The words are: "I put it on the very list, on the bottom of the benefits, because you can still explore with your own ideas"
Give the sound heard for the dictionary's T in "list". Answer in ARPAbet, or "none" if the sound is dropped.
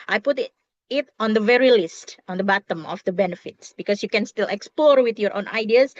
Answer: T